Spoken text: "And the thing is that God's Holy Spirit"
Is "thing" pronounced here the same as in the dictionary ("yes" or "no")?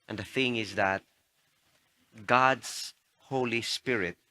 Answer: yes